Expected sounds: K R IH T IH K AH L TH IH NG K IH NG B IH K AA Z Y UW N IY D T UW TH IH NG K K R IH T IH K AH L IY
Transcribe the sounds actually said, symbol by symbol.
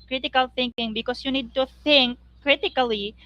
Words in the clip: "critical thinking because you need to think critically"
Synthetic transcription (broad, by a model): K R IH T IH K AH L TH IH NG K IH NG B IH K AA S Y UW N IY D T UW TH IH NG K K R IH T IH K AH L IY